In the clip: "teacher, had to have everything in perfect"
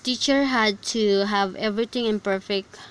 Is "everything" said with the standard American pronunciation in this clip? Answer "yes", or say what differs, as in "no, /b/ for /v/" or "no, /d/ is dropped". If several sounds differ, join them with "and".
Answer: no, /t/ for /θ/